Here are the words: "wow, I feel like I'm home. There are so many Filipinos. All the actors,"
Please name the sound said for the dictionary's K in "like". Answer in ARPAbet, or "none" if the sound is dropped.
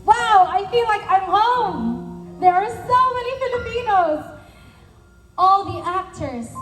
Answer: K